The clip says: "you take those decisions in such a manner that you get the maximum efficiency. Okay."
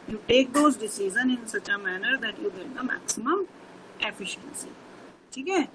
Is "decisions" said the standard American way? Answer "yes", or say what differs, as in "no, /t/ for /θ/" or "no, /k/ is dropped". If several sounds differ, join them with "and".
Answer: no, /z/ is dropped